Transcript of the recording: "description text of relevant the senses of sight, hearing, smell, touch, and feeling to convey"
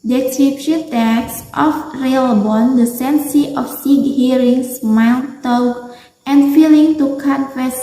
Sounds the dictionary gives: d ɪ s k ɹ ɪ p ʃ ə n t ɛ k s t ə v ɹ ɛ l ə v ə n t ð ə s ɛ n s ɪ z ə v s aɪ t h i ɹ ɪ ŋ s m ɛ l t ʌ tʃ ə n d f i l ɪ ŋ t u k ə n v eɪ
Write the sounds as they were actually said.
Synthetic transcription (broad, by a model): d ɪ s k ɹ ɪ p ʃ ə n t ɛ k s t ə f ɹ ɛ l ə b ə n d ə s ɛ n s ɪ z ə f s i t h i ɹ ɪ ŋ s m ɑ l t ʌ ə n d f i l ɪ ŋ t u k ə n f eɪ